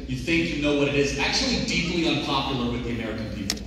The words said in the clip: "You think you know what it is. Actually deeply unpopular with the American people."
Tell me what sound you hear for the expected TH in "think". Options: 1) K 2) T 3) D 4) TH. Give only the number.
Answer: 4